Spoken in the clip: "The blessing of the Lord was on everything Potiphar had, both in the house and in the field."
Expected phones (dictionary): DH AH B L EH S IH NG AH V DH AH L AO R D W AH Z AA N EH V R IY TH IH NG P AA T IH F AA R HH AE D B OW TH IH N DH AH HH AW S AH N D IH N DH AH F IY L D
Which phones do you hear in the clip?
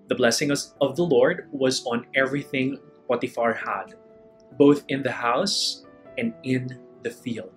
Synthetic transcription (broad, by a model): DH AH B L EH S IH NG AH V DH AH L AO R D W AH Z AA N EH V R IY TH IH NG P AA T IH F AA R HH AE D B OW TH IH N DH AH HH AW S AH N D IH N DH AH F IY L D